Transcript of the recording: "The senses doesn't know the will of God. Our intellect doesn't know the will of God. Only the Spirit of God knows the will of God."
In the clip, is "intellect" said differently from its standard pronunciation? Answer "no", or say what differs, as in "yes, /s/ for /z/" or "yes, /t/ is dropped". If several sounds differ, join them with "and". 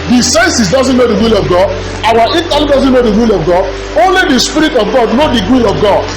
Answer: yes, /n/ is dropped